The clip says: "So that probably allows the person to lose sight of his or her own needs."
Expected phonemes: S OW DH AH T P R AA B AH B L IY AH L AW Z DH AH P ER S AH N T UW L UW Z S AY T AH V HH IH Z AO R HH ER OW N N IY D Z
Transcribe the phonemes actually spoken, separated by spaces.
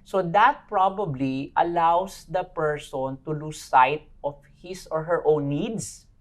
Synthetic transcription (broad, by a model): S OW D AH T P R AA B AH B L IY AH L AW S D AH P ER S AH N T UW L UW S AY T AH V HH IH S AO R HH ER OW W N IY D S